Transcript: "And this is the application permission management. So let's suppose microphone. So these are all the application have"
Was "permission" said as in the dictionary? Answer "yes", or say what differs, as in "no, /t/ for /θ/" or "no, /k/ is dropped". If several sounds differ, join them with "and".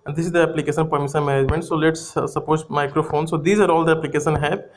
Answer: no, /s/ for /ʃ/